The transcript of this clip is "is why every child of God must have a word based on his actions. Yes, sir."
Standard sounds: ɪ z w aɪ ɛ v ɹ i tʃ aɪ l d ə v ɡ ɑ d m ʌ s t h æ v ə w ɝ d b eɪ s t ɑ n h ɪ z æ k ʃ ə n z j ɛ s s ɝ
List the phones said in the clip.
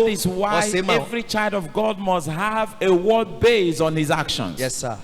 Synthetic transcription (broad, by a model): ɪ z w aɪ ɛ v ɹ i tʃ aɪ l d ə v ɡ ɑ d m ʌ s t h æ v ə w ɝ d b eɪ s ɑ n h ɪ z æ k ʃ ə n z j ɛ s s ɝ